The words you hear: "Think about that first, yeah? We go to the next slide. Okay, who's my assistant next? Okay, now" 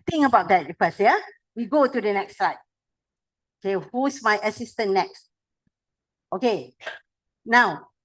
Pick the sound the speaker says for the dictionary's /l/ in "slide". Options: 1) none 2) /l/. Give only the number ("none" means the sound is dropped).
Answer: 1